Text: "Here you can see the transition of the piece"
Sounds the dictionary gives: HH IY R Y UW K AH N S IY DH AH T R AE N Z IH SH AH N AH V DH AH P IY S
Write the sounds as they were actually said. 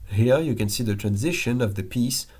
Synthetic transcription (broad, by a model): HH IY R Y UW K AH N S IY DH AH T R AE N Z IH SH AH N AH V DH AH P IY S